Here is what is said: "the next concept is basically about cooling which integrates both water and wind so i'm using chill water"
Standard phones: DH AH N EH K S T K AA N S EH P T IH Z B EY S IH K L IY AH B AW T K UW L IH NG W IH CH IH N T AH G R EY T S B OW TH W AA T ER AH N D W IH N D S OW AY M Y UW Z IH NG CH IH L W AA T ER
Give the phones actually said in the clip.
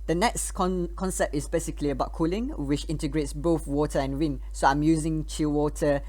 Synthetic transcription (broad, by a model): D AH N EH K S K K AA N S EH P T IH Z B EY S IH K L IY AH B AW T K UW L IH NG W IH CH IH N T AH G R EY T S B OW TH W AA T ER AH N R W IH N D S OW AY M Y UW Z IH NG CH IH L W AA T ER